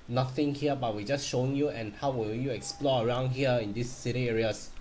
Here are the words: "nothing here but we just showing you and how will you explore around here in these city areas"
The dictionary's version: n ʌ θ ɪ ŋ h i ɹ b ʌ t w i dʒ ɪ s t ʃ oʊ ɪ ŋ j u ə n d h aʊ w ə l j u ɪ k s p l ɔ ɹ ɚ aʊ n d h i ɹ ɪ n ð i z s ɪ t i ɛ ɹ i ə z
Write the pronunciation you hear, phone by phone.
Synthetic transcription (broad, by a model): n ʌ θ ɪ ŋ h i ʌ b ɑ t w i dʒ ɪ s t ʃ oʊ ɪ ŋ j u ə n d h aʊ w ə n j u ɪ k s p l ɔ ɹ ɚ aʊ n d h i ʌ ɪ n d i s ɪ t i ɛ ɹ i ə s